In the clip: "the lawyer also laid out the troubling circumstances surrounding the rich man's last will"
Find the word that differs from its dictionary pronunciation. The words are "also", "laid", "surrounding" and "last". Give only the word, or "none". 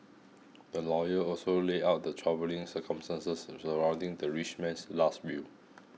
laid